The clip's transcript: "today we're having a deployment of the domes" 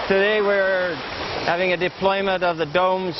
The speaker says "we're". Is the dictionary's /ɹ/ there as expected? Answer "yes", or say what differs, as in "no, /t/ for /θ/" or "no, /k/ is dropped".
yes